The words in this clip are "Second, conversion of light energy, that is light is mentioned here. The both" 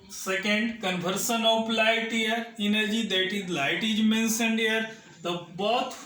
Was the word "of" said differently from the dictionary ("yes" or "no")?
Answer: yes